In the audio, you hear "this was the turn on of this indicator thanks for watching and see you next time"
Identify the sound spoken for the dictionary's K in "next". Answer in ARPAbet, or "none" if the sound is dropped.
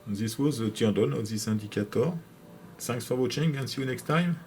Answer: K